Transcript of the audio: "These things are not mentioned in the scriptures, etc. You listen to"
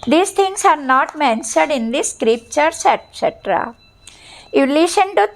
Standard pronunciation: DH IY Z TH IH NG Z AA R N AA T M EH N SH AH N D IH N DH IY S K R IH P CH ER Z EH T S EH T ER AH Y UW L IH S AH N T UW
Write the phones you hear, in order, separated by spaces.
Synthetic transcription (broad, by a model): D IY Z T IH NG S AA R N AA T M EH N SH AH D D IH N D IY S K R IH P CH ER S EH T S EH T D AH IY L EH SH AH N T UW